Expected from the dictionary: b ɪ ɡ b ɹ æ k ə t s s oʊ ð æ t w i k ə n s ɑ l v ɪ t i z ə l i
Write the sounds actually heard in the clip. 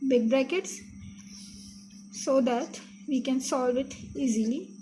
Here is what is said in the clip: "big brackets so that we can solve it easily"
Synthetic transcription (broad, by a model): b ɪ ɡ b ɹ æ k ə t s s oʊ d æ t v i k ə n s ɑ l v ɪ t i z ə l i